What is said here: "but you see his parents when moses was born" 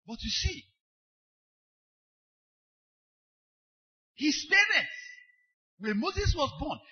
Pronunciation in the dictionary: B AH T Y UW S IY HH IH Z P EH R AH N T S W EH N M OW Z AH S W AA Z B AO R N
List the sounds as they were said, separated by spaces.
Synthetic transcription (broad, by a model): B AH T Y UW S IY HH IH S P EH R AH T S W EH M OW Z AH S W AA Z B AO N